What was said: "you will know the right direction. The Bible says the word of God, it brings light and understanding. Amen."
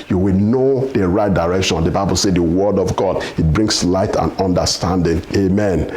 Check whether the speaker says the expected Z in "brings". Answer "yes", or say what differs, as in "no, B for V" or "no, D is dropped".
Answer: no, S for Z